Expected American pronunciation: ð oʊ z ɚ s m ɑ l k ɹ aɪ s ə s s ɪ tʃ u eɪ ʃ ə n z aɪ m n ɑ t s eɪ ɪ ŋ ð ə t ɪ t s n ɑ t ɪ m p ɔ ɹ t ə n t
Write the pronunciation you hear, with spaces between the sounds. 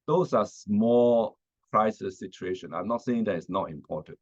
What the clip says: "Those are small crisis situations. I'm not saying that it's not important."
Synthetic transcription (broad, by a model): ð oʊ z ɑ s m ɑ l k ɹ aɪ s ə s s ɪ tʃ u eɪ ʃ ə n aɪ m n ɑ t s eɪ ɪ ŋ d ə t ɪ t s n ɑ t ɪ m p ɔ t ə n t